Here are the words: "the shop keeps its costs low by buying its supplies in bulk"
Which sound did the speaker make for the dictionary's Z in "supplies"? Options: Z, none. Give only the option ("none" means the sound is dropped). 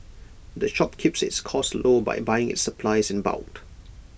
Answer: Z